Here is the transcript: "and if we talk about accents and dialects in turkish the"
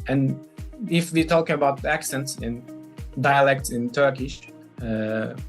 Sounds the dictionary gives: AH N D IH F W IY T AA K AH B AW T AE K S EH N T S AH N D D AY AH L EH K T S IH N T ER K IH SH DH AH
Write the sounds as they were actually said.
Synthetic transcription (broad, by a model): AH N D IH F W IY T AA K AH B AW T AE K S EH N T S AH N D D AY AH L EH K T S IH N T ER K IH SH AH